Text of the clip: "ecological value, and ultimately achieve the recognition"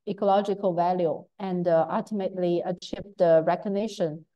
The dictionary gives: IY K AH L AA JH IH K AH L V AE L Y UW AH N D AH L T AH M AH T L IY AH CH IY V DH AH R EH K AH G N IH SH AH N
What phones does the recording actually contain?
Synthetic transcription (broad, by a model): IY K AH L AA JH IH K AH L V AE L Y UW AH N D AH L T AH M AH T L IY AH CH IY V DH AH R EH K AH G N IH SH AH N